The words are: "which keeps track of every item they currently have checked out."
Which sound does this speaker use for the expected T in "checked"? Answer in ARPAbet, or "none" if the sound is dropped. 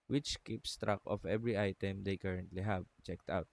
T